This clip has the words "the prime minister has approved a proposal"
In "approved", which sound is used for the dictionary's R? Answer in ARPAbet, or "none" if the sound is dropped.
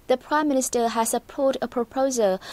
none